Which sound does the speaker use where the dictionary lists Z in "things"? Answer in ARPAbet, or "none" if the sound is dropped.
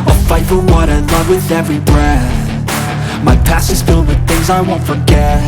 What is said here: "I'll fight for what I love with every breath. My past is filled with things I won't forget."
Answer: Z